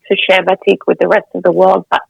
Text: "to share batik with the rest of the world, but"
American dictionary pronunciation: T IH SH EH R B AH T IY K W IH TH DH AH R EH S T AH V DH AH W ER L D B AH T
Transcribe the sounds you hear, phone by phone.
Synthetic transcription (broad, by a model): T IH SH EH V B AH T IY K W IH DH AH R EH S T AH V DH AH W ER L D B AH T